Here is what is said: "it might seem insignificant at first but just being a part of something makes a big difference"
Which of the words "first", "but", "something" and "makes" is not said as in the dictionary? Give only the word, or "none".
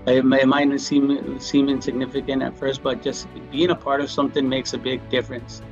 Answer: none